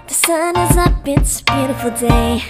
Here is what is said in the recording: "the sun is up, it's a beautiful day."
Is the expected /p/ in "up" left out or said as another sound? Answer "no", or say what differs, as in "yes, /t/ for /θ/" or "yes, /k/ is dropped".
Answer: yes, /b/ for /p/